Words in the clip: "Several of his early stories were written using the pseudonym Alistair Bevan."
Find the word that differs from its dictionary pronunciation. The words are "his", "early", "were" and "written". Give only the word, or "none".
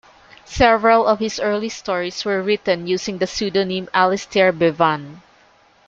his